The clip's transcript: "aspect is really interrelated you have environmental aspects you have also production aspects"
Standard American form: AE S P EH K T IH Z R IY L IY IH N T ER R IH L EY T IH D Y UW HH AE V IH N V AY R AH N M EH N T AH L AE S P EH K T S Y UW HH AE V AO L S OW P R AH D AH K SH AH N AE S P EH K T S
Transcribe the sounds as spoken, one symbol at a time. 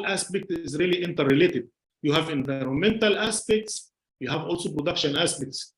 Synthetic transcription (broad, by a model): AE S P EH K T IH Z R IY L IY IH N T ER R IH L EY T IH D Y UW HH AE V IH N V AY R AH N M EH N T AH L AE S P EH K T S Y UW HH AE V AO L S OW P R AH D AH K SH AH N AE S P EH K T S